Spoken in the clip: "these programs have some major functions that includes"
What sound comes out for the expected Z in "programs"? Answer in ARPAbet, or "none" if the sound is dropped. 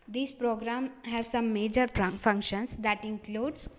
none